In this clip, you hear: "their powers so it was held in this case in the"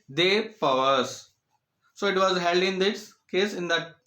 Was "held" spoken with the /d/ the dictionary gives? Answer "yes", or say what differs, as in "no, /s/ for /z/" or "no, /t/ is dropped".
yes